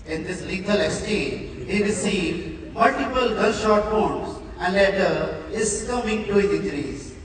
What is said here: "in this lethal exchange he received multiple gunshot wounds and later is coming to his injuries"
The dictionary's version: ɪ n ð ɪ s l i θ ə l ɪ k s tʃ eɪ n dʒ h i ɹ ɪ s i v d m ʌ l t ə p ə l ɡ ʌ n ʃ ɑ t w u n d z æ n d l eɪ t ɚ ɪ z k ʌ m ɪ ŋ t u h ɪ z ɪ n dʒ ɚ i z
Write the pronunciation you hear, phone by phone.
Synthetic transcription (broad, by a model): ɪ n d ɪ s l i t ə l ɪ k s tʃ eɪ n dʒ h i ɹ ɪ s i v d m ʌ l t ə p ə l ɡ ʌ l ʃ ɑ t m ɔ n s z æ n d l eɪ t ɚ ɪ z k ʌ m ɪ ŋ t u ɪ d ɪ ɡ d i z